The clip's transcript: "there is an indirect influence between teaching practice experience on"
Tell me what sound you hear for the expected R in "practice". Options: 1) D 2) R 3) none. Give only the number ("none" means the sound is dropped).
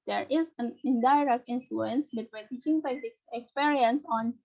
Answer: 3